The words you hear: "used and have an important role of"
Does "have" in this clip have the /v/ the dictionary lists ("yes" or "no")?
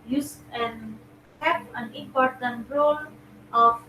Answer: no